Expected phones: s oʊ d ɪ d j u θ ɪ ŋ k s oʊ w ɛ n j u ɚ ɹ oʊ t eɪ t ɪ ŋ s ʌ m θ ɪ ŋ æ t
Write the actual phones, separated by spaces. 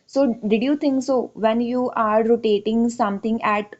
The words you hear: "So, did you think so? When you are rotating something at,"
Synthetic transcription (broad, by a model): s oʊ d ɪ d j u t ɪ ŋ k s oʊ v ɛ n j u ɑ ɹ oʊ t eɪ t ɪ ŋ s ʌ m t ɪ ŋ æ t